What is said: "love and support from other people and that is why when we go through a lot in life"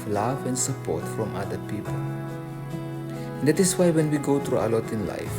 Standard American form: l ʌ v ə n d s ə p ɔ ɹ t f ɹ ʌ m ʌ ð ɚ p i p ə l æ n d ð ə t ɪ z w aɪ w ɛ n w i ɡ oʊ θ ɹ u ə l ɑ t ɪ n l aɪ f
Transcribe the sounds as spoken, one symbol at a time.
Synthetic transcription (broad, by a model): l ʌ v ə n s ə p ɔ ɹ t f ɹ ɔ m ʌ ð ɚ p i p ə l n d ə t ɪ s w aɪ w ɛ n w i ɡ oʊ t ɹ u ə l ɑ t ɪ n l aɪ f